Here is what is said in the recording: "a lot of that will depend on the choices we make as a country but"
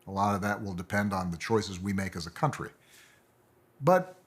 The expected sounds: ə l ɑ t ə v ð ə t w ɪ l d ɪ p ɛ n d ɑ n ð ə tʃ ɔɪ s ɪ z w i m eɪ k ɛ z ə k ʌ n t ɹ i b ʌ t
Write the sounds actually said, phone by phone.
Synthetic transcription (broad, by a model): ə l ɑ t ə v ð ə t w ɪ l d ɪ p ɛ n d n ð ə tʃ ɔɪ s ɪ z w i m eɪ k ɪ z ə k ʌ n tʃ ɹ i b ʌ t